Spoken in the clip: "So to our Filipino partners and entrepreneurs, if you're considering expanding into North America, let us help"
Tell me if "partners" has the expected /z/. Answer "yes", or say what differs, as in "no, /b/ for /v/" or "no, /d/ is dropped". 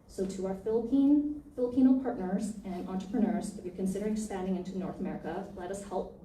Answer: yes